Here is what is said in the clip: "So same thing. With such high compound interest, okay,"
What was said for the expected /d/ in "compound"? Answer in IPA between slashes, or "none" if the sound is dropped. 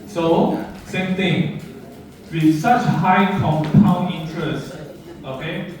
none